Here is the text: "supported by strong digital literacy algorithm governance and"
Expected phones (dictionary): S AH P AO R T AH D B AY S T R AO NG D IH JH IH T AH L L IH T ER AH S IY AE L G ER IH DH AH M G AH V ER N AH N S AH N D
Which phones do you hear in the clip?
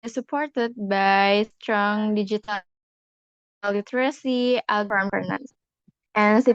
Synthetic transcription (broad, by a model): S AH P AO R T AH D B AY S T R AO NG D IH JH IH T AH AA L IH T ER AH S IY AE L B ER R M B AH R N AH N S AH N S